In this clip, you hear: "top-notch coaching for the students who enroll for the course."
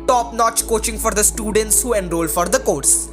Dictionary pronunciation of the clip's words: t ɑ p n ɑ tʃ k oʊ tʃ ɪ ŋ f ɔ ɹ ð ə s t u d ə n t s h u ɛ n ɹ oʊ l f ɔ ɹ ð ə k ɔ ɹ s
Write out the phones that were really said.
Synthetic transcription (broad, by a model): t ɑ p n ɑ tʃ k oʊ tʃ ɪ ŋ f ɔ ɹ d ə s t u d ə n t s h u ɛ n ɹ oʊ l f ɔ ɹ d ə k ɔ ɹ s